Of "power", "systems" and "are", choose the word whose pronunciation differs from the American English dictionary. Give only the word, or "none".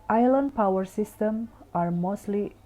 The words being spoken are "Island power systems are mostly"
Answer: systems